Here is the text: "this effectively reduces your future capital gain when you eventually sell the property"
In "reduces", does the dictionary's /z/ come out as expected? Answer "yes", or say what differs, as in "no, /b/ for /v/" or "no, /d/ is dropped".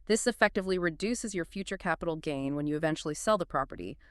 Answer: yes